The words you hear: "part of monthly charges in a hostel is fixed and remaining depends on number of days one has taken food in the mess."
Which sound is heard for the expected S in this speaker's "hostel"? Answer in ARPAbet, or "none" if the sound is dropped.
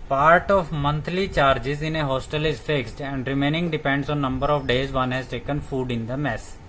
S